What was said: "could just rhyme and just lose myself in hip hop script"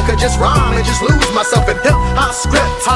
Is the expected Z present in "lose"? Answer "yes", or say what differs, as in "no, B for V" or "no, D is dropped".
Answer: yes